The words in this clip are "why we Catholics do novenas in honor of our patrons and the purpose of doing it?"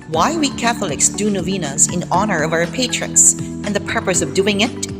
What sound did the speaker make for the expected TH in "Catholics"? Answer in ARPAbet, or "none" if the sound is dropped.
TH